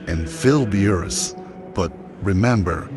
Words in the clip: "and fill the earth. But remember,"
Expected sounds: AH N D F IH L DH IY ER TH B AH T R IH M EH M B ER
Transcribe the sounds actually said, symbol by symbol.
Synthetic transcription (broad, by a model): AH N F IH L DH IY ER S B AH T R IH M EH M B ER